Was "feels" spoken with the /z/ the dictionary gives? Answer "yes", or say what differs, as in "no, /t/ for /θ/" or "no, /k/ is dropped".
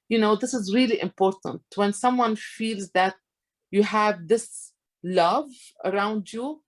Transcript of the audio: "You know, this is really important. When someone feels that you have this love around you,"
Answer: yes